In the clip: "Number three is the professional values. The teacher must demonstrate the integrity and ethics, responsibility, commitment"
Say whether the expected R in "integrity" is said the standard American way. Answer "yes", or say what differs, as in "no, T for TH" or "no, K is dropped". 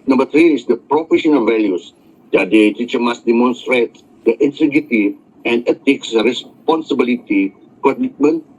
no, R is dropped